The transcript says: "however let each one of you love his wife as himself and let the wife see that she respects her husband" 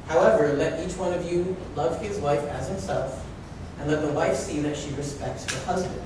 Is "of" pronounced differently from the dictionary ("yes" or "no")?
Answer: no